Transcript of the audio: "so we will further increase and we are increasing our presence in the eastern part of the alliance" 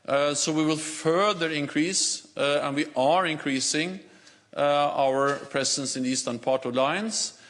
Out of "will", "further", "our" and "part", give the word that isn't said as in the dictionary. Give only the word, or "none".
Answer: none